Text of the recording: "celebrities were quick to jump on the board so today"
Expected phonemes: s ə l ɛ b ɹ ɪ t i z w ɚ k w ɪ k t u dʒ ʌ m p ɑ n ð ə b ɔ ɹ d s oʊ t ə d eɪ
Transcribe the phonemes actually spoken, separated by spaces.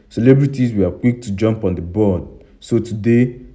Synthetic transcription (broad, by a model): s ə l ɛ b ɹ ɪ t i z w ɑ k w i k t u dʒ ʌ m p ɑ n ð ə b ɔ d s oʊ t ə d eɪ